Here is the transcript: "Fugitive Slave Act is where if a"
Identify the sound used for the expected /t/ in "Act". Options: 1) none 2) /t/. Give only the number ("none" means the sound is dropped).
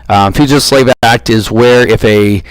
2